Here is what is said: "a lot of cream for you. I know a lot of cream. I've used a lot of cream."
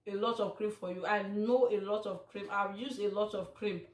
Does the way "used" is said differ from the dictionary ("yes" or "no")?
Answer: yes